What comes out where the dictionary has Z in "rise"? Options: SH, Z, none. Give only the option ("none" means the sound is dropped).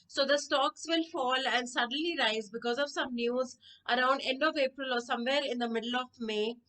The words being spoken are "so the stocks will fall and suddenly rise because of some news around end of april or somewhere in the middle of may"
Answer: Z